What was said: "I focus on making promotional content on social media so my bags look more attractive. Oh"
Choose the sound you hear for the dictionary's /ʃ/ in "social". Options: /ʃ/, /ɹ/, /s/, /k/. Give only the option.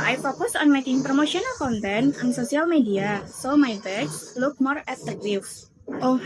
/s/